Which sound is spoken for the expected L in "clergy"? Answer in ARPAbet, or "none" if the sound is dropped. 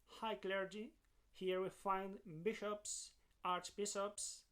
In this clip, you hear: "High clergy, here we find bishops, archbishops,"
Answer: L